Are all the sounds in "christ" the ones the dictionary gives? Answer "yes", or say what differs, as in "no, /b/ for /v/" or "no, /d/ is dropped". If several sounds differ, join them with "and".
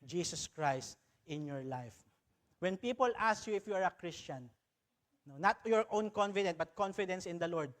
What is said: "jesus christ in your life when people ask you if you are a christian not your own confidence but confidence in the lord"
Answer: yes